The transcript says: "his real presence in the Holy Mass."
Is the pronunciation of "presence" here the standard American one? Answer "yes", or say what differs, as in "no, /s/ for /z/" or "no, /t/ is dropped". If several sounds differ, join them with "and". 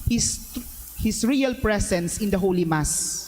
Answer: no, /s/ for /z/